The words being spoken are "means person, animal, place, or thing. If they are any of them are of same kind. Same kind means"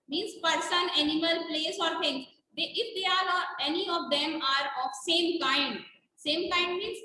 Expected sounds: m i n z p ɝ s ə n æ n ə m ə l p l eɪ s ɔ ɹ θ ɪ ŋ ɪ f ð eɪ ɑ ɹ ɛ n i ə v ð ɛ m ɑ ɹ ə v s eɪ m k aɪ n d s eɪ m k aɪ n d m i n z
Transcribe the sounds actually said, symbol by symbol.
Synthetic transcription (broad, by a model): m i n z p ɝ s ə n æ n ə m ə l p l eɪ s ɔ ɹ t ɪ ŋ ɪ f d eɪ ɑ ɹ ɛ n i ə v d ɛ m ɑ ɹ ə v s eɪ m k aɪ n d s eɪ m k aɪ n d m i n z